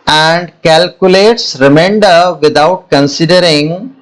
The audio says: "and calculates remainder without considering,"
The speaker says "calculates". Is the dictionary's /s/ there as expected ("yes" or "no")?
yes